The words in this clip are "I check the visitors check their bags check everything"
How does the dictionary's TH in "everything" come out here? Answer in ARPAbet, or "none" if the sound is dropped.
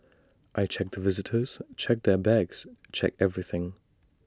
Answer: TH